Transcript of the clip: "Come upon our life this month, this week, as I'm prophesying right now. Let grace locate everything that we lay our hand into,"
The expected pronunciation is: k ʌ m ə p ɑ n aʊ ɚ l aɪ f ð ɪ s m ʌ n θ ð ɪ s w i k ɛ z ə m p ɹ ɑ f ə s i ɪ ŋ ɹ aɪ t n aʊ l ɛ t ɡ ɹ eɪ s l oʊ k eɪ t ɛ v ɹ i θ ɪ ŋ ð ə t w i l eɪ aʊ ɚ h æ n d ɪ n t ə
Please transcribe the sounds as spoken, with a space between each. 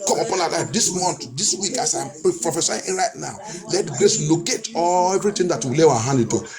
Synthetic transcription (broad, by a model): k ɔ m ə p ɑ n aʊ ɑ l aɪ f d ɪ s m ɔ n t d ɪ s w i k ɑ s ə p p ɹ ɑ f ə s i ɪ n ɹ aɪ t n aʊ l ɛ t ɡ ɹ eɪ s l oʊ k eɪ t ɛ v ɹ i t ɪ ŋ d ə t w i l eɪ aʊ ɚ h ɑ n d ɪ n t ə